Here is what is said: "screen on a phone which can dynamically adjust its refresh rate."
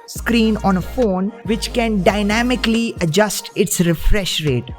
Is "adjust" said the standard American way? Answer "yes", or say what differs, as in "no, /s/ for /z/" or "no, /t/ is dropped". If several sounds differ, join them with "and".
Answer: yes